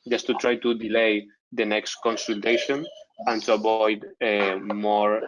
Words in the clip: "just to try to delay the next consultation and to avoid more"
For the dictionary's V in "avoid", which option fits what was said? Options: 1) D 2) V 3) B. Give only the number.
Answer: 3